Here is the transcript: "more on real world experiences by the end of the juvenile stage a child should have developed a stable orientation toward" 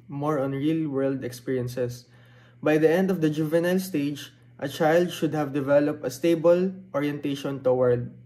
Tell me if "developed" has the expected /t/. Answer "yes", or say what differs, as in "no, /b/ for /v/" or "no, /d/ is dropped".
yes